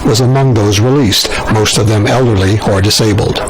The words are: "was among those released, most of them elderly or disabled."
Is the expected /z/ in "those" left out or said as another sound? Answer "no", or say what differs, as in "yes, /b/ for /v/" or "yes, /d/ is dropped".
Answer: no